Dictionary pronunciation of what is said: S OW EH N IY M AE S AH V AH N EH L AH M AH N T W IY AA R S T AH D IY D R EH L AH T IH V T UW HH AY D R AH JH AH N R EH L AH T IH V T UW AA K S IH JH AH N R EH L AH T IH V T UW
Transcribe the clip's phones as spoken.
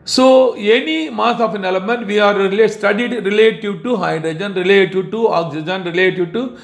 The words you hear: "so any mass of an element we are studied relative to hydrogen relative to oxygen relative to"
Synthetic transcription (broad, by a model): S OW EH N IY M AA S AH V AH N EH L AH M AH N T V IY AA R S T AH D IY D R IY L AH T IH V T UW HH AY D R AH JH AH N R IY L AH T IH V T UW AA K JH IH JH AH N R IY L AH T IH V T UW